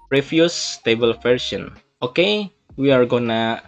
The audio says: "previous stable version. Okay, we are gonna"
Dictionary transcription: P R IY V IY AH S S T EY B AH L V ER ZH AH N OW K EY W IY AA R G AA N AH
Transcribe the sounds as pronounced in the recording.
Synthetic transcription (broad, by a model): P R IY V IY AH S S T EY B AH L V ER S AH N OW K EY W IY AA R G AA N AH